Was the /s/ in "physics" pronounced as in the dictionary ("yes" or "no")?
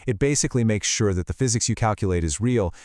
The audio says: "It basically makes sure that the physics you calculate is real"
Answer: yes